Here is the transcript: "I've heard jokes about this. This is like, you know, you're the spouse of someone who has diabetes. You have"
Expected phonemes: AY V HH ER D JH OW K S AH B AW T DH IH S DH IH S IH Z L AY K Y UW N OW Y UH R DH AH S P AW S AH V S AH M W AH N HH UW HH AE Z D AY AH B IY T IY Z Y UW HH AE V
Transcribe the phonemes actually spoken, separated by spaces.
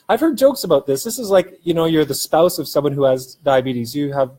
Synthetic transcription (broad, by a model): AY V HH ER D JH OW K S AH B AW T DH IH S DH IH S IH Z L AY K Y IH N OW Y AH R DH AH S P AW S AH V S AH M W AH N HH UW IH Z D AY AH B IY T IY Z Y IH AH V